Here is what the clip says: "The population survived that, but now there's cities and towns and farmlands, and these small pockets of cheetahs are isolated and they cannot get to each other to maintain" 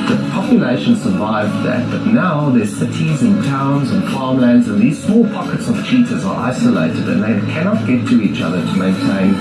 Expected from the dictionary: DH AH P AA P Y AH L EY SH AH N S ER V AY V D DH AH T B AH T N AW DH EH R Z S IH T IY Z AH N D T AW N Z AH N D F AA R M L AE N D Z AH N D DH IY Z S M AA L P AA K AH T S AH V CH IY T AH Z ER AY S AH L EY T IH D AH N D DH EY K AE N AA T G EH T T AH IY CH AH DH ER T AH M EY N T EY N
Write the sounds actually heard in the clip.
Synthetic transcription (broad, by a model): DH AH P AA P Y AH L EY SH AH N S ER V AY V DH AH T B AH T N AW DH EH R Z S IH T IY Z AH N T AW N Z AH N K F AA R M L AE N D Z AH N DH IY Z S M AA L P AA K AH T S AH V CH IY T AH Z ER AY S AH L EY T IH D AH N DH EY K AE N AA T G EH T T AH IY CH AH DH ER T AH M EY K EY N